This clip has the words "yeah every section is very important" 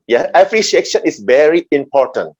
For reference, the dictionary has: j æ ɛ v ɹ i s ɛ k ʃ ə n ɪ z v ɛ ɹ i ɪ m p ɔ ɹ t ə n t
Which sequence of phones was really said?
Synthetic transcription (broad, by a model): j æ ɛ p ɹ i ʃ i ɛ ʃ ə n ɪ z v ɛ ɹ i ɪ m p ɔ ɹ t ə n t